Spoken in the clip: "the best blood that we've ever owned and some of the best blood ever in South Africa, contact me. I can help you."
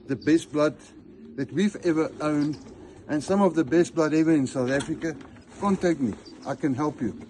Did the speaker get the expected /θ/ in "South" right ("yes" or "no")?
yes